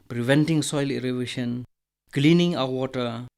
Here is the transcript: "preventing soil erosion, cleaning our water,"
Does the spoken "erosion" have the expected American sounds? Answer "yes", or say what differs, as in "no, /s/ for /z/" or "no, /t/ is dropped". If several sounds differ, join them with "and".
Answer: no, /ʃ/ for /ʒ/